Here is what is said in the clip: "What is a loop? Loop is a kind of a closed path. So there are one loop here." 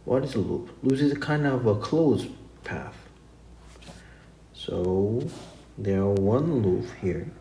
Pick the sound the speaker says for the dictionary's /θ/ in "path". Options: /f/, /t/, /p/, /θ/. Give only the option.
/θ/